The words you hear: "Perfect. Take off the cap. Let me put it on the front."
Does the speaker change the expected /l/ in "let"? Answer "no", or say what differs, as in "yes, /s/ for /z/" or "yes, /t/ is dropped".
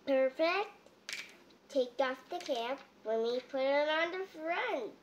yes, /w/ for /l/